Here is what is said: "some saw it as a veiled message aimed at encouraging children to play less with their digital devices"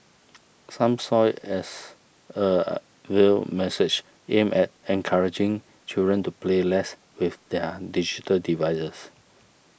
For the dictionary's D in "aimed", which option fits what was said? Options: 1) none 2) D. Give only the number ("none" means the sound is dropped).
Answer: 1